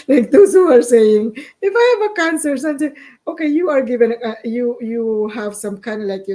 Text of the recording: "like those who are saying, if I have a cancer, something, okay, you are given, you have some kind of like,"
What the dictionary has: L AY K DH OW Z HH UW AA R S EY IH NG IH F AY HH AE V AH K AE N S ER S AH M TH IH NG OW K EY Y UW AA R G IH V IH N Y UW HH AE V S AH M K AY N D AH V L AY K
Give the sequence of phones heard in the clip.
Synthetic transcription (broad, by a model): L AY K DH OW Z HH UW AA R S EY IH NG IH F AY HH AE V AH K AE N S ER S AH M T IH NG OW K EY Y UW AA R G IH V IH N Y UW HH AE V S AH M K AY N D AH L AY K